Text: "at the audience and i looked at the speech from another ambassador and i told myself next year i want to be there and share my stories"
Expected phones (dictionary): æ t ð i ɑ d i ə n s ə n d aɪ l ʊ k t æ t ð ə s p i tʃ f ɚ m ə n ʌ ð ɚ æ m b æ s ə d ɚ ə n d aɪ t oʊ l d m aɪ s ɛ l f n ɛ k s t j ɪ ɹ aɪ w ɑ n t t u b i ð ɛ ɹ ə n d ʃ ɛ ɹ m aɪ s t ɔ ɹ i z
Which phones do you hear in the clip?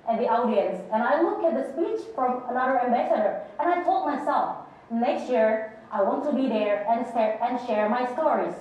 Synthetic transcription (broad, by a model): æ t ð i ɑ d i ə n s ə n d aɪ l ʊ k æ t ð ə s p i tʃ f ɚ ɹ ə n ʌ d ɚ æ m b æ s ə d ɚ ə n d aɪ t oʊ l d m aɪ s ɛ l f n ɛ k s t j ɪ ɹ aɪ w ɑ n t t u b i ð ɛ ɹ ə n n ʃ ɛ ɹ m aɪ s t ɔ ɹ i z